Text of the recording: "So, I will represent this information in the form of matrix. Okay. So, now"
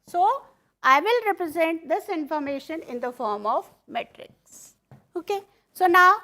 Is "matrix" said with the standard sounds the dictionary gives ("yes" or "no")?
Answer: yes